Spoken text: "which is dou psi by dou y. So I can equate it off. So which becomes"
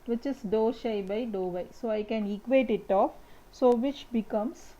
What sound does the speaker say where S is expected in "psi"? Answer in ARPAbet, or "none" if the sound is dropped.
SH